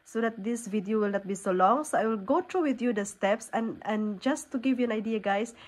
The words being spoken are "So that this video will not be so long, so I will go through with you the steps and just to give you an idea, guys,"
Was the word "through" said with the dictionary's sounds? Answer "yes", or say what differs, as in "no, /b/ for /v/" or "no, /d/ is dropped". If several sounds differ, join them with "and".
no, /t/ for /θ/